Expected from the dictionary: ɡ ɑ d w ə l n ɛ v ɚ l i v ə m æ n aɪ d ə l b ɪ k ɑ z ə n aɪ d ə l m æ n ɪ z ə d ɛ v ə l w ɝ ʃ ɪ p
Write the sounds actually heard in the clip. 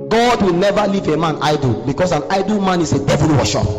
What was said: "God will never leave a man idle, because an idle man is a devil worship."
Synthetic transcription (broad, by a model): ɡ ɑ d w ə l n ɛ v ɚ l i v ə m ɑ n aɪ d ə l b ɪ k ɑ s ə n aɪ d ə l m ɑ n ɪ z ə d ɛ v ə l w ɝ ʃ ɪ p